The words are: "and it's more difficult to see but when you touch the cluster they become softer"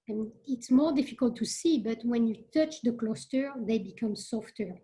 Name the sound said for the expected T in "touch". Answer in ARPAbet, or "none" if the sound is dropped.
T